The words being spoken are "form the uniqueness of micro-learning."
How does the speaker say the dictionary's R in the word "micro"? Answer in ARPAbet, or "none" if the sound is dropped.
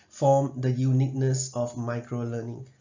R